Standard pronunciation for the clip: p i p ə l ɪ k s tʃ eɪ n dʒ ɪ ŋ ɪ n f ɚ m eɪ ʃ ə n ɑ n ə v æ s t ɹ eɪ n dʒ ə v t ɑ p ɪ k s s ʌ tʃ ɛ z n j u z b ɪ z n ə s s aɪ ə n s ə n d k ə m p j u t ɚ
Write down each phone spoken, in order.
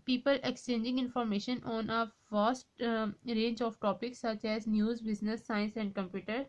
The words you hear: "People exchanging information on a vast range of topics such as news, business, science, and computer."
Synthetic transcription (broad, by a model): p i p ə l ɪ k s tʃ eɪ n dʒ ɪ ŋ ɪ n f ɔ m eɪ ʃ ə n ɑ n ə f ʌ s t ɹ eɪ n dʒ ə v t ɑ p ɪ k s s ʌ tʃ ɛ z n j u z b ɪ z n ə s s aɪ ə n s ə n d k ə m p j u t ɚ